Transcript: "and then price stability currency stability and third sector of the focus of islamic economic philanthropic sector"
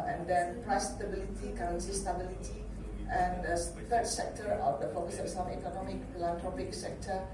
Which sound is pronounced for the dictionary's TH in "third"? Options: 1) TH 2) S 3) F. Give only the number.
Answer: 3